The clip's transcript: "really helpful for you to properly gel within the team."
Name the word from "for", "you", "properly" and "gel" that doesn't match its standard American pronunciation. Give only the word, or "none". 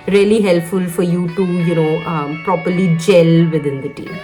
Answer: none